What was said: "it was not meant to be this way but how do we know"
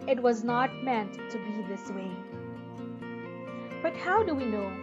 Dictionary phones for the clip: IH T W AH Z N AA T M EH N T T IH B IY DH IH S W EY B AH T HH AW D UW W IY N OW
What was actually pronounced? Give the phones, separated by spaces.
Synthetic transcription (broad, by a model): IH T W AH Z N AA T M EH N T T IH B IY DH IH S W EY B AH T HH AW D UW W IY N OW